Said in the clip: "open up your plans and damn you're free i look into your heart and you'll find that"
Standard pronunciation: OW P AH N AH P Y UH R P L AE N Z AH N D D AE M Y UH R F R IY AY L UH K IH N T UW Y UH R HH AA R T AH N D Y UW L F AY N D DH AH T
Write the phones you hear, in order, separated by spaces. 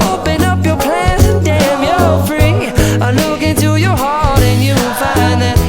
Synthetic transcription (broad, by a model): OW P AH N AH P Y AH R P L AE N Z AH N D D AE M Y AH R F R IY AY L UH K IH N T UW Y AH R HH AA R T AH N Y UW N F AY N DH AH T